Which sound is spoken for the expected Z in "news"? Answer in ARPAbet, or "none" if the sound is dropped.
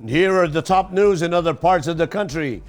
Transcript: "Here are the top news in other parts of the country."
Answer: Z